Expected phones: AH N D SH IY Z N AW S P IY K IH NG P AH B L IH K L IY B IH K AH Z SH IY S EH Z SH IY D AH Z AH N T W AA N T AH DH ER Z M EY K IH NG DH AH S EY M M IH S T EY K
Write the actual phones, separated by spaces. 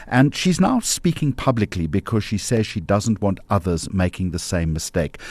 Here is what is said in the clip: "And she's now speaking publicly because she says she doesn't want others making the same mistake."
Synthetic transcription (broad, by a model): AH N SH IY Z N AW S P IY K IH NG P AH B L IH K L IY B IH K AH Z SH IY S EH Z SH IY D AH Z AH N T W AA N T AH DH ER Z M EY K IH NG DH AH S EY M M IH S T EY K